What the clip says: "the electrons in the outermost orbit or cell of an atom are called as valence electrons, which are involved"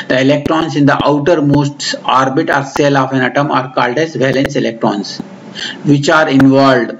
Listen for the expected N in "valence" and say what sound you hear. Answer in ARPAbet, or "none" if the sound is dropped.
N